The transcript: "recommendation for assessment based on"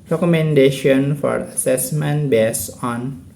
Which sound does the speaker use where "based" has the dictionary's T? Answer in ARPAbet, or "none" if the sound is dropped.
none